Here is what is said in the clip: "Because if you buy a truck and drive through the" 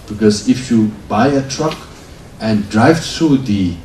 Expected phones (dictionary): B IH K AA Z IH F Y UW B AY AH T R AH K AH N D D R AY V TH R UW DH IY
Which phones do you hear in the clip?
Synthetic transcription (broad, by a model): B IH K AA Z IH F Y UW B AY AH T R AH K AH N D D R AY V T R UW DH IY